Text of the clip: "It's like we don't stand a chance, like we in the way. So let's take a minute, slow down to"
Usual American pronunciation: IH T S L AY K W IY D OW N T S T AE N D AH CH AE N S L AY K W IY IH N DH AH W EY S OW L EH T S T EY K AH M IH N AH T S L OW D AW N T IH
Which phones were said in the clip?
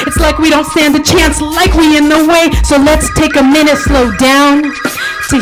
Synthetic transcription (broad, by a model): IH T S L AY K W IY D OW N T S T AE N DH AH CH AE N S L AY K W IY IH N DH AH W EY S OW L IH T S T EY K AH M IH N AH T S L OW D AW N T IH